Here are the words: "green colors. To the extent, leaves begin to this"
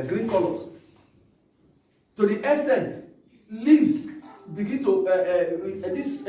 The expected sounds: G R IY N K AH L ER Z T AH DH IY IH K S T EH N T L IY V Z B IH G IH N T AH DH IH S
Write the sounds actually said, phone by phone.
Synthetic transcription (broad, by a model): G R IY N K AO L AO S T AH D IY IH S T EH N L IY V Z B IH G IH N T AH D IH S